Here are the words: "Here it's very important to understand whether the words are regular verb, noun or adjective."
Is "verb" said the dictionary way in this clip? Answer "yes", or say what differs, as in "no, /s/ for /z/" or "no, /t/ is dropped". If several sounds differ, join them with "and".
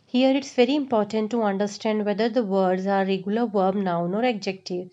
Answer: yes